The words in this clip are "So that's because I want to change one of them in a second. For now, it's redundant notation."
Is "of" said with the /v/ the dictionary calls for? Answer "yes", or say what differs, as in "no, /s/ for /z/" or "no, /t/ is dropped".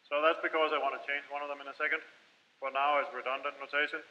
yes